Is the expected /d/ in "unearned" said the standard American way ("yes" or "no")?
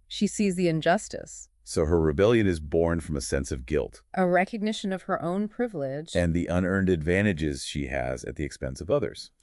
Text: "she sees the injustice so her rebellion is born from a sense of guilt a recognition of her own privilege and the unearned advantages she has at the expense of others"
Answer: yes